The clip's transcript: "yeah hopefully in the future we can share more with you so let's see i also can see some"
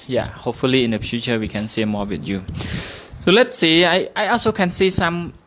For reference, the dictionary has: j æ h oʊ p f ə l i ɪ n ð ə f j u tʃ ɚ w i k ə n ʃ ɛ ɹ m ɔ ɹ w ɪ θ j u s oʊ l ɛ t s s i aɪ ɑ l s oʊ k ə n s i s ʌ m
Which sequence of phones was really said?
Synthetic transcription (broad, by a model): j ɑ h oʊ p f ə l i ɪ n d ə f j u tʃ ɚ w i k ə n s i m ɔ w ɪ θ j u s oʊ l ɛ t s s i aɪ ɑ l s oʊ k ə n s i s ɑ m